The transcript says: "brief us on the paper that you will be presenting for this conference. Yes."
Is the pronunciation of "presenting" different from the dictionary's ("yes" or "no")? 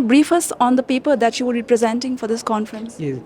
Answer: no